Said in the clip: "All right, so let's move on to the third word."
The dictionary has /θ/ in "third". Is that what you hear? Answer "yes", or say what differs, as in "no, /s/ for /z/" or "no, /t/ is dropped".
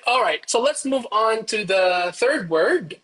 yes